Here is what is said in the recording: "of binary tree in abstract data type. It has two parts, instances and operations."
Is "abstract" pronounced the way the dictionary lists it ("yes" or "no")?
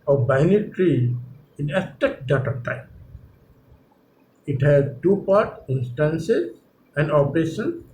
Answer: no